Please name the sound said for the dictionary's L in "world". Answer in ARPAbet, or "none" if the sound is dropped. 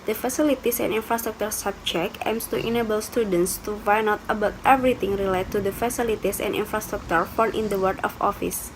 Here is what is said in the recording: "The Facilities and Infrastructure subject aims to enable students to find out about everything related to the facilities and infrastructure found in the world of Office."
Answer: none